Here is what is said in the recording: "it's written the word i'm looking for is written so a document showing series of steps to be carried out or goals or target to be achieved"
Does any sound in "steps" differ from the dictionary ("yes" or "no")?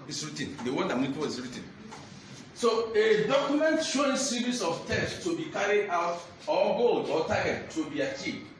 yes